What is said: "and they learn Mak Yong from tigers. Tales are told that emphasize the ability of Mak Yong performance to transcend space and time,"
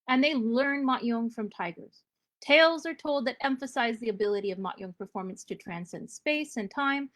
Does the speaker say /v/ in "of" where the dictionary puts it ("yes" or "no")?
yes